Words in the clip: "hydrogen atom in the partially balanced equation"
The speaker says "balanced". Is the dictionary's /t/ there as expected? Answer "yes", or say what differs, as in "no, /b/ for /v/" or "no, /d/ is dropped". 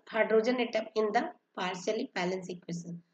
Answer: no, /t/ is dropped